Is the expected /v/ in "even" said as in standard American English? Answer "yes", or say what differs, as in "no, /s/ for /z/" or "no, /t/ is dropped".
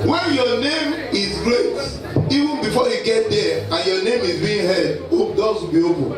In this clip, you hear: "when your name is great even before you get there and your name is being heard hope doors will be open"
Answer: yes